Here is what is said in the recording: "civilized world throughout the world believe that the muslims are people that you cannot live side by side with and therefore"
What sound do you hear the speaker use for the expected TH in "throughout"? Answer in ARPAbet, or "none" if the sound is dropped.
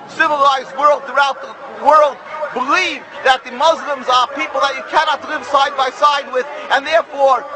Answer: TH